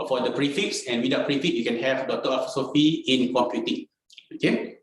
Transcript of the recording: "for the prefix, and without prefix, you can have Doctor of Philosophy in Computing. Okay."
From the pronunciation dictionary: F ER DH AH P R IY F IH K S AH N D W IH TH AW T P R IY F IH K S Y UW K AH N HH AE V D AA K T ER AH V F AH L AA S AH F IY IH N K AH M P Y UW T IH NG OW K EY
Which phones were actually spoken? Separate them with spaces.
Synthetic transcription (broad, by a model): F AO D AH P R IY F IH K S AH N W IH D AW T P R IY F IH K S Y UW K AH N HH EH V D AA T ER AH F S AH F IY IH N K AH M P Y UW T IH NG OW K EY